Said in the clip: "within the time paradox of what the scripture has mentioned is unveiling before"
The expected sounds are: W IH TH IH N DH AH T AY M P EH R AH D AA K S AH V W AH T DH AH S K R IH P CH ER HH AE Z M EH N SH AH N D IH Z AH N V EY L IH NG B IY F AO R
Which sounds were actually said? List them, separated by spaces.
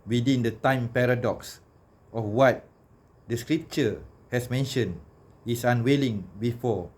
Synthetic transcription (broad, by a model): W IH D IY N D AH T AY M P EH R AH D AA K S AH F W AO T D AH S K R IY P CH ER HH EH S M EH N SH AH N IH S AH N W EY L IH NG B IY F AO